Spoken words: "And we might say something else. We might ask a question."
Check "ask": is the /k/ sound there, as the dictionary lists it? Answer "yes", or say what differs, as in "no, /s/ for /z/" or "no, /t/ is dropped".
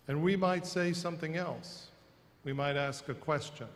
yes